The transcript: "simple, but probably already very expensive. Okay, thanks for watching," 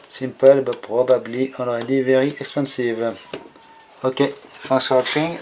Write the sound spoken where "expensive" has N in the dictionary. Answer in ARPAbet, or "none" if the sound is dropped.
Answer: none